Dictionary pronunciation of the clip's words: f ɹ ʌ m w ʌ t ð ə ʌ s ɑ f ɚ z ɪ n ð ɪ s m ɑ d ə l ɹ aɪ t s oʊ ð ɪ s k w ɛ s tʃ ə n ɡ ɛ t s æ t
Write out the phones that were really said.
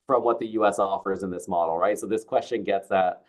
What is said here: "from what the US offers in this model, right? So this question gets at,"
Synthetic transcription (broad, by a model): f ɹ ʌ m w ʌ t ð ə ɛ s ɑ f ɚ z ɪ n ð ɪ s m ɑ d l ɹ aɪ t s oʊ ð ɪ s k w ɛ s tʃ ə n ɡ ɛ t s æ t